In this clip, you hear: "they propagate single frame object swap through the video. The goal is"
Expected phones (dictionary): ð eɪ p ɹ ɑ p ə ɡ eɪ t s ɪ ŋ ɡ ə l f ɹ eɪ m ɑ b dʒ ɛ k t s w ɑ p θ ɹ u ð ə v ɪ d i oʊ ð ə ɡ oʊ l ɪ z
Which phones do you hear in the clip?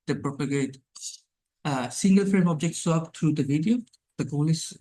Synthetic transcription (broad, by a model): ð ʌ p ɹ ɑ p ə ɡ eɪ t s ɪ ŋ ɡ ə l f ɹ eɪ m ɑ b dʒ ɛ k t s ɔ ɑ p t ɹ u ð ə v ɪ d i oʊ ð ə ɡ oʊ l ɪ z